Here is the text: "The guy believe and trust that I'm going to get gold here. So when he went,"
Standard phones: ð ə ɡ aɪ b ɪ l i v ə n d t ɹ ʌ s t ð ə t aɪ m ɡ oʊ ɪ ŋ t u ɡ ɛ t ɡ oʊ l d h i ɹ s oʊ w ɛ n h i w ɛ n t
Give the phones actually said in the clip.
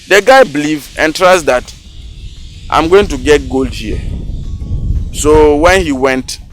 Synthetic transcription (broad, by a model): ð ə ɡ aɪ b l i v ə n t ɹ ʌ s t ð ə t aɪ m ɡ oʊ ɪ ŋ t u ɡ ɛ t ɡ oʊ l d h i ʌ s oʊ w ɛ n h i w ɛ n t